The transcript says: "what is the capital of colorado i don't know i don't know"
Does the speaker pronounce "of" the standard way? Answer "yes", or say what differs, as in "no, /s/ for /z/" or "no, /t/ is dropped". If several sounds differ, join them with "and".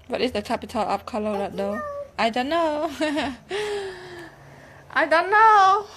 no, /p/ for /v/